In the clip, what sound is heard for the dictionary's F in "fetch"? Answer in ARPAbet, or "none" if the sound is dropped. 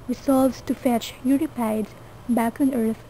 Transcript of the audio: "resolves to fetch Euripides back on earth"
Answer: F